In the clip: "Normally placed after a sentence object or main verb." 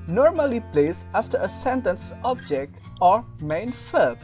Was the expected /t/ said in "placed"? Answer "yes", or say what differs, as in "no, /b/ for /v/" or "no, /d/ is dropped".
no, /t/ is dropped